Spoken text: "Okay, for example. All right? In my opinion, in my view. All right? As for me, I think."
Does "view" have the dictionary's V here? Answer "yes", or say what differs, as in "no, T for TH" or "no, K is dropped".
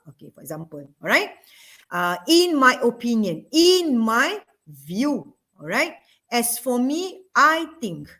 yes